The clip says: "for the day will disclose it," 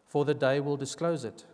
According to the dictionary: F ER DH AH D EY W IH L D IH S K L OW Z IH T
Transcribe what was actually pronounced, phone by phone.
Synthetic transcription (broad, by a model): F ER DH AH D EY W IH L D IH S K L OW Z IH T